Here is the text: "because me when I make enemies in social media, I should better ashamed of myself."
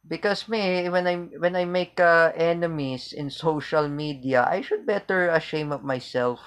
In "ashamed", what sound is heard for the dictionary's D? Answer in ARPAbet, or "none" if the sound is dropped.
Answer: none